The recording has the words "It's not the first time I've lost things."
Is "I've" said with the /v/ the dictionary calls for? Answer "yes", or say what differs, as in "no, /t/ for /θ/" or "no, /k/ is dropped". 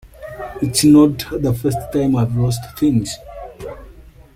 yes